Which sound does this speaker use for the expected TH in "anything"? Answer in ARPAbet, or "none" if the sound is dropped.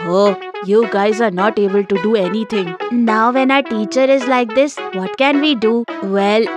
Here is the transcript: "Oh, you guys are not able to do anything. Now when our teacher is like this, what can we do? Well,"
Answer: T